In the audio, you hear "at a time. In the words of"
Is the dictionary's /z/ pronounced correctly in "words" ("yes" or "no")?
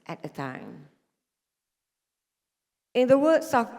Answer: no